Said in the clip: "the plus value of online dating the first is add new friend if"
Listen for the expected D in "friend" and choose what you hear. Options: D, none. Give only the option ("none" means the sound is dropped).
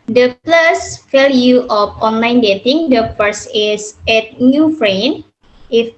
none